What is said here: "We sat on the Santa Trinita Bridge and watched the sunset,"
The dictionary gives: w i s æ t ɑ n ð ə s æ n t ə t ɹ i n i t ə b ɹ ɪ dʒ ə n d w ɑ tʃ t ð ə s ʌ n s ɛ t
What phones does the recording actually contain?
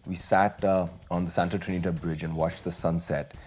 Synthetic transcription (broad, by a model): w i s æ t ɑ n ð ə s æ n t ə t ɹ i n i t ə b ɹ ɪ dʒ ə n w ɑ tʃ t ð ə s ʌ n s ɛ t